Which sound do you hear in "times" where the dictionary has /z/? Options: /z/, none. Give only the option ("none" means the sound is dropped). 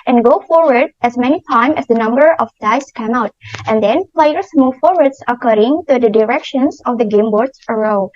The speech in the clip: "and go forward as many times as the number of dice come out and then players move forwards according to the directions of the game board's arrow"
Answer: none